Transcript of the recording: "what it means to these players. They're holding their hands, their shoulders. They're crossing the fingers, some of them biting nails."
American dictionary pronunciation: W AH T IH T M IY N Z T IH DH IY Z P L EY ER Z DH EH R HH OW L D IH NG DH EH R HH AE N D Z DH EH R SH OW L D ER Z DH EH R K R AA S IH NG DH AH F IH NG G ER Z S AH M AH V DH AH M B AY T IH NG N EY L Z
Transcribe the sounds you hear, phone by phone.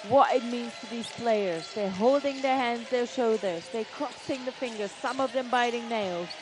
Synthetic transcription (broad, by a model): W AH T IH T M IY N Z T IH DH IY Z P L EY ER Z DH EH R HH OW L D IH NG DH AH R HH AE N D Z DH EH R SH OW D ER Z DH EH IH K R AA S IH NG DH AH F IH NG G ER Z S AH M AH V DH AH M B AY T IH NG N EY L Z